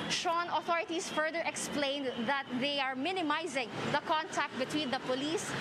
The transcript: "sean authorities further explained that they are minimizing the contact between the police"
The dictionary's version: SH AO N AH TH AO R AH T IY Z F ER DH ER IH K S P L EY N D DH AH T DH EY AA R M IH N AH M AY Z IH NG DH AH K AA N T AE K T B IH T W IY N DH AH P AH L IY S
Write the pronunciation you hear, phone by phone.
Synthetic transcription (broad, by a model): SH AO N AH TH AO R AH T IY S F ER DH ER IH K S P L EY N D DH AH T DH EY AA R M IH N AH M AY Z IH NG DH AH K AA N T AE K T B IH T W IY N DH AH P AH L IY S